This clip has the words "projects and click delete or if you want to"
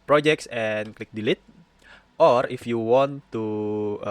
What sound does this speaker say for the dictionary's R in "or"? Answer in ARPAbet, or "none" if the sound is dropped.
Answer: R